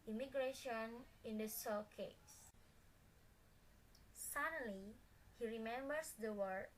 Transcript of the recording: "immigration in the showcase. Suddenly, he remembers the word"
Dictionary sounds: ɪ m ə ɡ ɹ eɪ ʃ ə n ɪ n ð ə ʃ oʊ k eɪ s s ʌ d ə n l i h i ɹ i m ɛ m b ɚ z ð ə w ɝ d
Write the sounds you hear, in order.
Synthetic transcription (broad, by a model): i m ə ɡ ɹ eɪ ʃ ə n ɪ n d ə s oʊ k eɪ s s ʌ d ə l i h i ɹ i m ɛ m b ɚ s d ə w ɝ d